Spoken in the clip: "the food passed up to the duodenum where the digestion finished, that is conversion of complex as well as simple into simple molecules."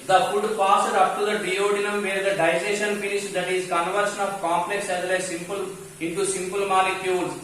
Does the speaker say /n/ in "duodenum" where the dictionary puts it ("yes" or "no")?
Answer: yes